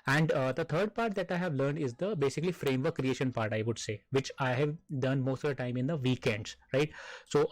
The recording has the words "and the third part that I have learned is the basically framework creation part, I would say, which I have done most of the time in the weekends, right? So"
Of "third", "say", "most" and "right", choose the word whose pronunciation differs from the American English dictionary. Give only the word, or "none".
third